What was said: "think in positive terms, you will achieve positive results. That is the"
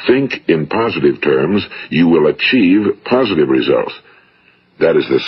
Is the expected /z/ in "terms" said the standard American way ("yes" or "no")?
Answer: yes